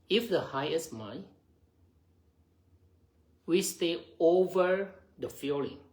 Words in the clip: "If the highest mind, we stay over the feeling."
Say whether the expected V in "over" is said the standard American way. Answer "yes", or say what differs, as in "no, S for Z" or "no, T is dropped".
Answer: yes